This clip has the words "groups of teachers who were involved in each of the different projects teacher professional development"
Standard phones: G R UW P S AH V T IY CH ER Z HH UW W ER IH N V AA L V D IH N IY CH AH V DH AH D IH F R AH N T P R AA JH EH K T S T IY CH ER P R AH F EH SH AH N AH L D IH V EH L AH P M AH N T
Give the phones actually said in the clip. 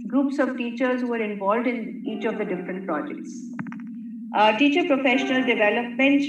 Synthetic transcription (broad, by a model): G R UW P S AH V T IY CH ER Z HH UW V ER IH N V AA L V D IH N IY CH AH V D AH D IH F R AH N T P R AA JH EH K T S T IY CH ER P R AH F EH SH AH N AH L D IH V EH L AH P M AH N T